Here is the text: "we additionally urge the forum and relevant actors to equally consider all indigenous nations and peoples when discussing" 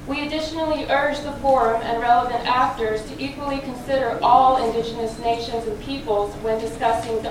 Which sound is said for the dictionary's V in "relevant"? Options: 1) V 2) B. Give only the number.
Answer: 1